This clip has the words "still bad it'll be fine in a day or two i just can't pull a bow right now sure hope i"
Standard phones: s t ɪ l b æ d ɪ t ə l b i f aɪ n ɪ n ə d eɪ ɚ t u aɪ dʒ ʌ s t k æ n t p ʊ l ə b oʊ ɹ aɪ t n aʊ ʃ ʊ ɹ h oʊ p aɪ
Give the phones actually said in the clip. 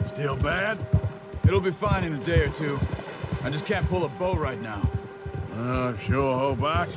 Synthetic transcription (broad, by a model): s t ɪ l b æ d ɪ t l b i f aɪ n ɪ n ə d eɪ ɚ t u aɪ dʒ ʌ s k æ n p ʊ l ə b oʊ ɹ aɪ t n aʊ ʃ ʊ ɹ h oʊ b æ